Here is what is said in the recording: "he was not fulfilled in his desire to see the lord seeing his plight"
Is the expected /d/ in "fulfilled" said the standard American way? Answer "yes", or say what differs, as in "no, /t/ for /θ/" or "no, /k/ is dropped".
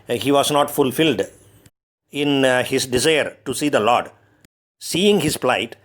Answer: yes